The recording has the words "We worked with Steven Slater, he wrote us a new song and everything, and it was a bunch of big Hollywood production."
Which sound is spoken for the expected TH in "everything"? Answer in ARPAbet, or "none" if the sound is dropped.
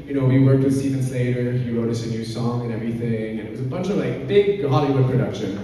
TH